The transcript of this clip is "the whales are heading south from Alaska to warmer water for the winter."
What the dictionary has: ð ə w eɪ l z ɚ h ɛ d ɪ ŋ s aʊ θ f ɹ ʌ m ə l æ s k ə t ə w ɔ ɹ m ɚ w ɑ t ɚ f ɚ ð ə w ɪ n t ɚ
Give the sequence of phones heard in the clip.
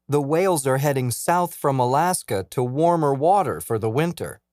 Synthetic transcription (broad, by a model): ð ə w eɪ l z ɚ h ɛ d ɪ ŋ s aʊ θ f ɹ ʌ m ə l æ s k ə t ə w ɔ ɹ m ɚ w ɑ t ɚ f ɚ ð ə w ɪ n t ɚ